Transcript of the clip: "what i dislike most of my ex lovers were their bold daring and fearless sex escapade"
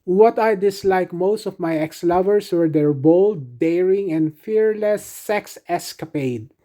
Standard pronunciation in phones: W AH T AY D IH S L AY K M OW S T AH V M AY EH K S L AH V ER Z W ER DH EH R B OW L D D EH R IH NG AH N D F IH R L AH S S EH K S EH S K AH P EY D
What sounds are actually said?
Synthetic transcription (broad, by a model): W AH T AY D IH S L AY K M OW S T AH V M AY EH K S L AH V ER S W ER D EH R B OW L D D EH R IH NG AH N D F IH R L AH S S EH K S EH S K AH P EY D